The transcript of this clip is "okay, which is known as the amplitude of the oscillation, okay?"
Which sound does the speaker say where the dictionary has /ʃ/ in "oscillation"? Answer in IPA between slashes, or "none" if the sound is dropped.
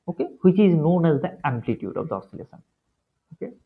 /s/